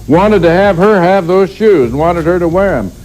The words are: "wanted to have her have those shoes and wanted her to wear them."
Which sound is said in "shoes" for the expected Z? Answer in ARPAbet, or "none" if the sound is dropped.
Z